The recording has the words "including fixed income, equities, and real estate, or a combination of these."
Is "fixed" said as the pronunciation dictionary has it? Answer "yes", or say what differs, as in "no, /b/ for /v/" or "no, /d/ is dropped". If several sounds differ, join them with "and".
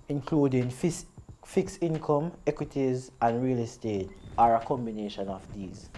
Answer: no, /t/ is dropped